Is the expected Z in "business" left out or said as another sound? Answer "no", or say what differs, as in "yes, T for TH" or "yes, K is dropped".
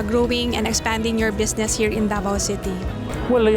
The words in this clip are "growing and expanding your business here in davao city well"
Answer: yes, S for Z